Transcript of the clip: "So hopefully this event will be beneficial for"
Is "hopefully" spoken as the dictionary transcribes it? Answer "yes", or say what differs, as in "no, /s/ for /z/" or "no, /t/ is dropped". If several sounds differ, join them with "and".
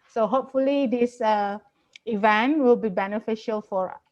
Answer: yes